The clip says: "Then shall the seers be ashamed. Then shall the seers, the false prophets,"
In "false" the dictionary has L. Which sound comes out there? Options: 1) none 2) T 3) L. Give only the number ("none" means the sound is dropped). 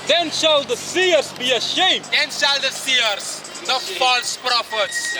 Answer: 3